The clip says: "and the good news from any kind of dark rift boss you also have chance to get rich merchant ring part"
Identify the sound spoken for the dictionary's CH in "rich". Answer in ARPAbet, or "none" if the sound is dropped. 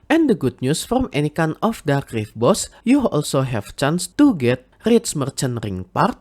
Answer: S